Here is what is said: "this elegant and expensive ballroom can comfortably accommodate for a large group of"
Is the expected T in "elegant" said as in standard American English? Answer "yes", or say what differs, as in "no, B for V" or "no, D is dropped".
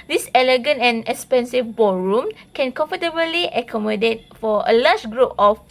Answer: yes